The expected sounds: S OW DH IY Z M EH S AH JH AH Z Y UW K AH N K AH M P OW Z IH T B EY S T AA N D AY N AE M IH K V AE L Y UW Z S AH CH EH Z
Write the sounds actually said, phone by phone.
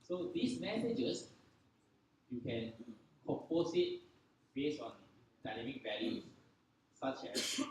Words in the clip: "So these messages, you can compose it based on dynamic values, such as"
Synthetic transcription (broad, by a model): S OW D IY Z M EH S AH JH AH S Y UW K AH N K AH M P OW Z IH T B EY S AA N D AY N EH M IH K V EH L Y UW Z S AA CH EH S